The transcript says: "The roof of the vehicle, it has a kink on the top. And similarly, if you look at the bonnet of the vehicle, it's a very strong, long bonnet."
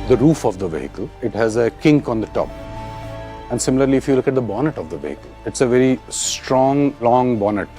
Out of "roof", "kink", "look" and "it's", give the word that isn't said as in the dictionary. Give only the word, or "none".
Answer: none